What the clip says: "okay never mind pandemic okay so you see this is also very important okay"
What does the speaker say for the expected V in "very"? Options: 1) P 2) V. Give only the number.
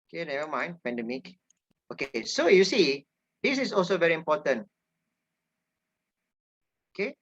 2